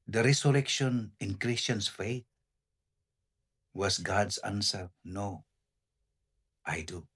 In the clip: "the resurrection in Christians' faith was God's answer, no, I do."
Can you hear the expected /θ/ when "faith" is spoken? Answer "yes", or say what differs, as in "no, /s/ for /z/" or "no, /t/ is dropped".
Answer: no, /t/ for /θ/